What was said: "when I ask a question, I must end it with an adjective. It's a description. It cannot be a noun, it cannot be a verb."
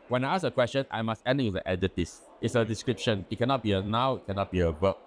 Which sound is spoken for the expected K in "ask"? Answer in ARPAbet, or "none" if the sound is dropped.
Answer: none